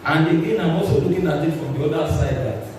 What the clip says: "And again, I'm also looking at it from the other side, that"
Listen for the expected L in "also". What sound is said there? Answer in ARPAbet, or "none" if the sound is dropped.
none